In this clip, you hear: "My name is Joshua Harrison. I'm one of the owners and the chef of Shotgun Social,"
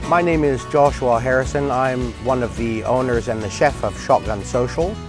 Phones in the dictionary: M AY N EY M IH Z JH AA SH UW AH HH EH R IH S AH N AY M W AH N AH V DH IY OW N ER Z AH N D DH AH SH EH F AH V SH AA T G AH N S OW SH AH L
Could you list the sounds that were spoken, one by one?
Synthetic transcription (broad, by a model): M AY N EY M IH Z JH AA SH UW AH HH EH R IH S AH N AY M W AH N AH V DH IY OW N ER Z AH N DH AH SH EH F AH V SH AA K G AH N S OW SH L